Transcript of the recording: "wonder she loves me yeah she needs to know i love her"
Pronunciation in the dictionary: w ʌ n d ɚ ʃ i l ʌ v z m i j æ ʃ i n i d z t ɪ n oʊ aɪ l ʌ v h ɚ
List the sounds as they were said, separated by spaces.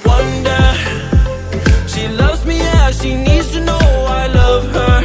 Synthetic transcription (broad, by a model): w ʌ n d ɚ ʃ i l ʌ v z m i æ ʃ i n i d z t ɪ n oʊ aɪ l ʌ v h ɚ